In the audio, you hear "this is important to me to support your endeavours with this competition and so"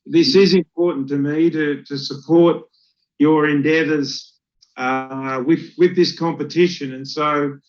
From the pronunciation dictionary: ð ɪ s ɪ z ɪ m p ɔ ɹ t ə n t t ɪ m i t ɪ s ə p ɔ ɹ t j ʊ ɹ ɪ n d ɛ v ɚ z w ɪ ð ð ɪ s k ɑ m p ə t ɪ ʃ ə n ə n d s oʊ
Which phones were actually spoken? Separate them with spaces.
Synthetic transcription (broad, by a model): ð ɪ s ɪ z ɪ m p ɔ ɹ t n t t ɪ m i t ɪ s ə p ɔ ɹ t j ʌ ɹ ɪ n d ɛ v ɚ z w ɪ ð ð ɪ s k ɑ m p ə t ɪ ʃ ə n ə n s oʊ